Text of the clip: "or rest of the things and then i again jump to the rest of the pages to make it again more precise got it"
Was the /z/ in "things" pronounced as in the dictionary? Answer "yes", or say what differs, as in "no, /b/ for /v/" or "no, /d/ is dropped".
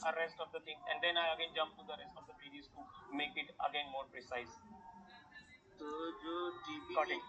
no, /z/ is dropped